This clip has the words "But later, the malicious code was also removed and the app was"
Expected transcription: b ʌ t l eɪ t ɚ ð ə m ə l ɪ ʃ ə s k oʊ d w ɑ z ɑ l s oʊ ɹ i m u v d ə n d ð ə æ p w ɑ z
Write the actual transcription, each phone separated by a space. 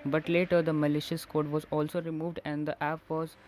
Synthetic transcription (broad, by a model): b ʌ t l eɪ t ɚ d ə m ə l ɪ ʃ ə s k oʊ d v ɑ z ɑ l s oʊ ɹ i m u v d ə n d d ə æ p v ɑ z